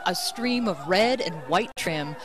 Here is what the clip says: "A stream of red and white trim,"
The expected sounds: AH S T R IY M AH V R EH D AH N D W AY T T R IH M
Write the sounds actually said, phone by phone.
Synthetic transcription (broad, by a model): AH S T R IY M AH V R EH D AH N W AY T T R IH M